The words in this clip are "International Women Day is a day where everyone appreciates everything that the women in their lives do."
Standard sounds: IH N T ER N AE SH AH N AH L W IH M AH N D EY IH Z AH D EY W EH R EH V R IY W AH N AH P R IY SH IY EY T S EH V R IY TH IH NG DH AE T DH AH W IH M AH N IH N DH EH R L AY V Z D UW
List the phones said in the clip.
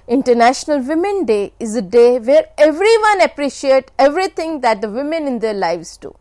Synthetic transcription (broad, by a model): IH N T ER N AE SH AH N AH L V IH M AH N D EY IH Z AH D EY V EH R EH V R IY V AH N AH P R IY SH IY EY T EH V R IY T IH NG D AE T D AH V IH M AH N IH N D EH R L AY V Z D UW